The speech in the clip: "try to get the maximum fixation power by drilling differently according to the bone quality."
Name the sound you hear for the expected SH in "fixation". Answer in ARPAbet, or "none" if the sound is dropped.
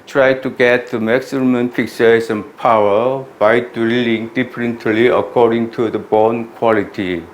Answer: S